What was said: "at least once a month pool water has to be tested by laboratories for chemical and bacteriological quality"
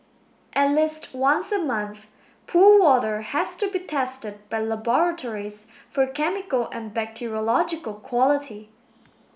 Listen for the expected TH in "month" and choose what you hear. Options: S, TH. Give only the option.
TH